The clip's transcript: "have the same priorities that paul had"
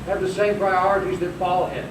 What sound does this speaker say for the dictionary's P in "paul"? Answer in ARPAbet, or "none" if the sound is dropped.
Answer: F